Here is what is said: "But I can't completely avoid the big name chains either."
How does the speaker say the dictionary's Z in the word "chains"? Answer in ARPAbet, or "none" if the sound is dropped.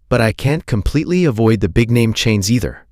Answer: Z